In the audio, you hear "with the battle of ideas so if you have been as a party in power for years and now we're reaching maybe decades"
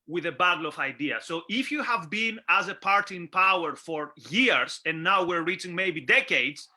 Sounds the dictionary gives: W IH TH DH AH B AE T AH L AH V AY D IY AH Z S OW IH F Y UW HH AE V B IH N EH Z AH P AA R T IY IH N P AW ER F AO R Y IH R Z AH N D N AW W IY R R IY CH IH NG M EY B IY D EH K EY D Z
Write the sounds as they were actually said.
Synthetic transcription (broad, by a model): W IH DH AH B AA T L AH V AY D IY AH S OW IH F Y UW HH AE V B IH N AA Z AH P AA R T IY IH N P AW ER F AO R Y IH R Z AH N N AW W IY R R IY CH IH NG M EY B IY D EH K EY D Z